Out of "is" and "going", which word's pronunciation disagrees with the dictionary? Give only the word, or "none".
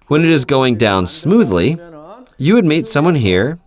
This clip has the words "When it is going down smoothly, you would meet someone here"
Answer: none